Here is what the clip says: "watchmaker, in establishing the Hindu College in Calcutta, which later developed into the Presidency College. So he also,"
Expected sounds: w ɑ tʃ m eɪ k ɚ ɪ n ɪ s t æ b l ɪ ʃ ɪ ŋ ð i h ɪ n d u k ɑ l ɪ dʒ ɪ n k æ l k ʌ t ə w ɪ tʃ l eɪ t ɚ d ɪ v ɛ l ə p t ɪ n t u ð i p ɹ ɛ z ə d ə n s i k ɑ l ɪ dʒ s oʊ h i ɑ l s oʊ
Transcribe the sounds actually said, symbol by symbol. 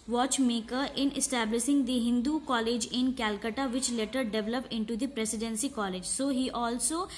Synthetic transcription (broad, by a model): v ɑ tʃ m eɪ k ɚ ɪ n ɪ s t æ b l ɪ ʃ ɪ ŋ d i h ɪ n d u k ɑ l ɪ dʒ ɪ n k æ l k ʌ t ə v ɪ tʃ l eɪ t ɚ d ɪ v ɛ l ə p ɪ n t u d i p ɹ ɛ s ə d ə n s i k ɑ l ɪ dʒ s oʊ h i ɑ l s oʊ